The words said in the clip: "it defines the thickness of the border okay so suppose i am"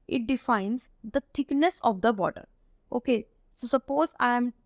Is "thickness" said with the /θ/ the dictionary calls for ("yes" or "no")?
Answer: no